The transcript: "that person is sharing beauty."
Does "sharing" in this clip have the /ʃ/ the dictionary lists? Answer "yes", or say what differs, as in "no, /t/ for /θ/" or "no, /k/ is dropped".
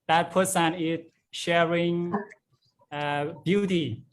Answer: yes